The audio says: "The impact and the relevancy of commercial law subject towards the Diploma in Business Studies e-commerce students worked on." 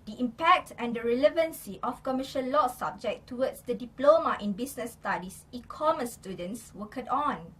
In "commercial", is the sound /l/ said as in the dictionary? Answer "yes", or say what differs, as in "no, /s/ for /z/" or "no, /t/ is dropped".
no, /n/ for /l/